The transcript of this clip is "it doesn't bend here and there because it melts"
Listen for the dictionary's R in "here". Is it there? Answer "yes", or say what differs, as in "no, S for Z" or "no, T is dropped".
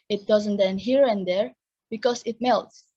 yes